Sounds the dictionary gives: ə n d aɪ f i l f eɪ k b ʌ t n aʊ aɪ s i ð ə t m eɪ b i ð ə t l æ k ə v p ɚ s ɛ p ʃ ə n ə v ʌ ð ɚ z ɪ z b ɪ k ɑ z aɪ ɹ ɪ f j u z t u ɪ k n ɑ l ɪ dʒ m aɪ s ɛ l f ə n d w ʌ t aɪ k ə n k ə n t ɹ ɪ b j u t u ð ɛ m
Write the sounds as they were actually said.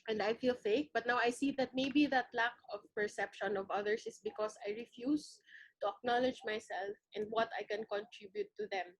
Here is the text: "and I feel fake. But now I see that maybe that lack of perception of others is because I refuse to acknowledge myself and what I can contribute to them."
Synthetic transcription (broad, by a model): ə n d aɪ f i l f eɪ k b ʌ t n aʊ aɪ s i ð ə t m eɪ b i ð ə t l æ k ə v p ɚ s ɛ p ʃ ə n ə v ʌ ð ɚ s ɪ s b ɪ k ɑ s aɪ ɹ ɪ f j u s t u ɪ k n ɑ l ɪ dʒ m aɪ s ɛ l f ə n d w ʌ t aɪ k ə n k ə n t ɹ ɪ b j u t u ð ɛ m